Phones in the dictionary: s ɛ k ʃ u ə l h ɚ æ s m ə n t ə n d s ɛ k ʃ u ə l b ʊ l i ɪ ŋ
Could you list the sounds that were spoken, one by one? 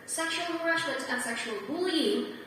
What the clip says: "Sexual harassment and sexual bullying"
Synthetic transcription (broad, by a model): s ɛ k ʃ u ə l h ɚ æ ʃ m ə n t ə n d s ɛ k ʃ u ə l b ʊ l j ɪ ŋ